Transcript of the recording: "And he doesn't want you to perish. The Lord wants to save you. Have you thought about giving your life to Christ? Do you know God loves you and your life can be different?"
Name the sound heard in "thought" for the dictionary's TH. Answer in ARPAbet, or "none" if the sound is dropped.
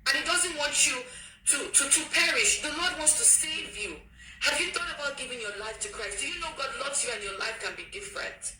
TH